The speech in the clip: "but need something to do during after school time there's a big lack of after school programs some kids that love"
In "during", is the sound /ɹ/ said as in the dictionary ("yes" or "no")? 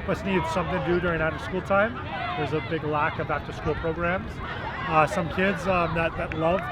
yes